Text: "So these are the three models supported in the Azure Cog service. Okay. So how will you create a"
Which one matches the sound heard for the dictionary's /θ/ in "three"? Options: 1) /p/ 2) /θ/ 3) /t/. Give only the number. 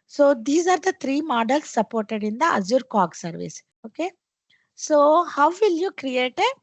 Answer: 3